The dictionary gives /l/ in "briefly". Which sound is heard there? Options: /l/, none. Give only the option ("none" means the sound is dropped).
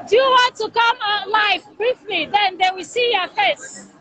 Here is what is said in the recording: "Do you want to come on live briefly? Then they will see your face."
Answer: /l/